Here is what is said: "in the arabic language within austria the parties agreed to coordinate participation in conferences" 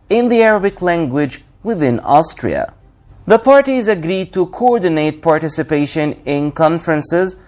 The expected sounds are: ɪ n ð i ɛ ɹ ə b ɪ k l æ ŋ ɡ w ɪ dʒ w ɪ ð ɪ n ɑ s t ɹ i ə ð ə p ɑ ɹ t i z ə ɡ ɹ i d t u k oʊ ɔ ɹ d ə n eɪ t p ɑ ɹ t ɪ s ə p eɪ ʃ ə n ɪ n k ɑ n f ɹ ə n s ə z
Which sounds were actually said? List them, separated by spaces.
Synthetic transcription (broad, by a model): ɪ n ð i ɛ ɹ ə b ɪ k l æ ŋ ɡ w ɪ dʒ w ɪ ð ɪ n ɑ s t ɹ i ə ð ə p ɑ ɹ t i z ə ɡ ɹ i d t u k oʊ ɔ ɹ d ə n eɪ t p ɑ ɹ t ɪ s ə p eɪ ʃ ə n ɪ n k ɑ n f ɹ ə n s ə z